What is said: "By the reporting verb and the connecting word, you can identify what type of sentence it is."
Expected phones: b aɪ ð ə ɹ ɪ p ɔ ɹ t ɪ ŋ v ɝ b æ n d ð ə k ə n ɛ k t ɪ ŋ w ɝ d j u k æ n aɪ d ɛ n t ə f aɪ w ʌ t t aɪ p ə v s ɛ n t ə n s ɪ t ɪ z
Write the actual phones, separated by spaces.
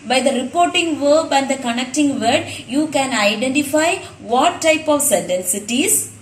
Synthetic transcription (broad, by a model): b aɪ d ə ɹ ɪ p ɔ ɹ t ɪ ŋ v ɝ b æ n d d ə k ə n ɛ k t ɪ ŋ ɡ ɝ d j u k æ n aɪ d ɛ n t ə f aɪ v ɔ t t aɪ p ə v s ɛ n t ə n s ɪ t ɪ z